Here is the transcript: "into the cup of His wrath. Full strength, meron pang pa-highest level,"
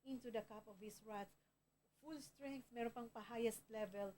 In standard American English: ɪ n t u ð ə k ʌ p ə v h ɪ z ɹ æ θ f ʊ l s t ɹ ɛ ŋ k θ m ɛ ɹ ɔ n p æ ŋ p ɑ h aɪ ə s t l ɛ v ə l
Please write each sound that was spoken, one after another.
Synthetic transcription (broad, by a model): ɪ n t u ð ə k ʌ p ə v h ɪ s ɹ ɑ s f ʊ l s t ɹ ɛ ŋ k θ m ɛ ɹ ɔ n p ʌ ŋ p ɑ h aɪ ə s t l ɛ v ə l